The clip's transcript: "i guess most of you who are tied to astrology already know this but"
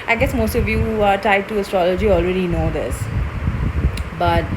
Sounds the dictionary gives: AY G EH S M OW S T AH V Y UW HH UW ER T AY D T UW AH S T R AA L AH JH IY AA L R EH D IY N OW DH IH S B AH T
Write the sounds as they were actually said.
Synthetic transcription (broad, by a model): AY G EH S M OW S T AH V Y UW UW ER T AY D T UW AH S T R AA L AH JH IY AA L R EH D IY N OW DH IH S B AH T